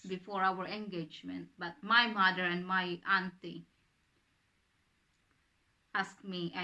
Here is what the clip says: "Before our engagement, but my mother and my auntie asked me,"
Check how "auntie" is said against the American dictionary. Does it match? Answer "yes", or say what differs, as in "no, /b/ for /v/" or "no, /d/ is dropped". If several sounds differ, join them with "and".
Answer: yes